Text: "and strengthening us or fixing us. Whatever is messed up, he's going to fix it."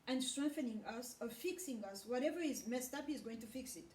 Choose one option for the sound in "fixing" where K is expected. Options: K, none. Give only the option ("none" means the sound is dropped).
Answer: K